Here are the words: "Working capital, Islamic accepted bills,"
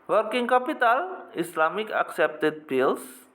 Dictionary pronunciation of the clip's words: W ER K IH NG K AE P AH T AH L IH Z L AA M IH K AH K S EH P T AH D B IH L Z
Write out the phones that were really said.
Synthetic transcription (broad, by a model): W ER K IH NG K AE P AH T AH L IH S L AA M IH K AH K S EH P T AH D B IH L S